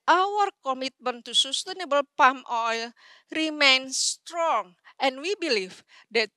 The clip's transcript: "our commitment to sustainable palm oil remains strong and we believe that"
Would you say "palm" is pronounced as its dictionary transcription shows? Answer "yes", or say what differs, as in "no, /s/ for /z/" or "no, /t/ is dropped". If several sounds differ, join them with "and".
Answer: yes